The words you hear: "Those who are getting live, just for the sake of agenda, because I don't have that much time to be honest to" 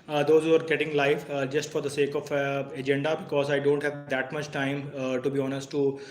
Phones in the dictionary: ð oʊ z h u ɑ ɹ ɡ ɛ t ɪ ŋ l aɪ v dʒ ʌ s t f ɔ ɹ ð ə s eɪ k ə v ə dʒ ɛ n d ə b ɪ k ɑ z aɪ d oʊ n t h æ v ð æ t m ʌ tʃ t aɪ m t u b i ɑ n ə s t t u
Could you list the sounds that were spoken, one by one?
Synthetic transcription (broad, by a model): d oʊ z h u ɑ ɹ ɡ ɛ t ɪ ŋ l aɪ f dʒ ʌ s t f ɔ ɹ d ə s eɪ k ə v ə dʒ ɛ n d ə b ɪ k ɑ z aɪ d oʊ n t h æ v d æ t m ʌ tʃ t aɪ m t u b i ɑ n ə s t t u